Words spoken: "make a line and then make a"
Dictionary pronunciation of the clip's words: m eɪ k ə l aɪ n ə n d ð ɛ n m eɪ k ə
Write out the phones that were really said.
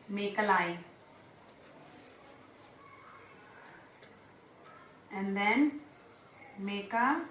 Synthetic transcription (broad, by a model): m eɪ k ə l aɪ ə n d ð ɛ n m eɪ k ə